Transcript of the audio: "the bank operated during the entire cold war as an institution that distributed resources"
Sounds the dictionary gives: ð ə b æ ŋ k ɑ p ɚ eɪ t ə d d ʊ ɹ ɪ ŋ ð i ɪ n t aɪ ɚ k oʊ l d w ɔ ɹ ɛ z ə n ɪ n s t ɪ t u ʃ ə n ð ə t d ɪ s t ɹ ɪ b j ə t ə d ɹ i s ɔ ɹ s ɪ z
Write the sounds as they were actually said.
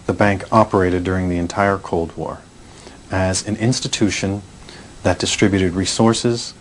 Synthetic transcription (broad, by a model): ð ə b æ ŋ k ɑ p ɚ eɪ t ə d d ʊ ɹ ɪ ŋ ð i ɪ n t aɪ ɚ k oʊ l d w ɔ ɹ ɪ z ə n ɪ n s t ɪ t u ʃ ə n ð ə t d ɪ s t ɹ ɪ b j ə t ə d ɹ i s ɔ ɹ s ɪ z